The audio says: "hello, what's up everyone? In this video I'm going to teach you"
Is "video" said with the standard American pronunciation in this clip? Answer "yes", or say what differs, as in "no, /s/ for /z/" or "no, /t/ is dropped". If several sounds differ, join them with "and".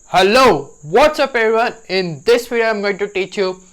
no, /f/ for /v/